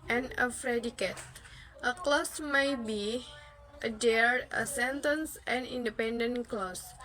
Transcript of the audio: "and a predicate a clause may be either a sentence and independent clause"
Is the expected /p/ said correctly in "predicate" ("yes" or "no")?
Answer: no